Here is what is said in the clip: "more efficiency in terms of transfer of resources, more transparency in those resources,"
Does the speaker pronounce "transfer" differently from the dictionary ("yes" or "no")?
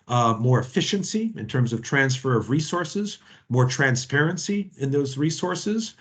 no